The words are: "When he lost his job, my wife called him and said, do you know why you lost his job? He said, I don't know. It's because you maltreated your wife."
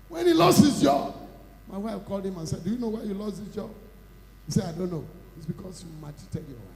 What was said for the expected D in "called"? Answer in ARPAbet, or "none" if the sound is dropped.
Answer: D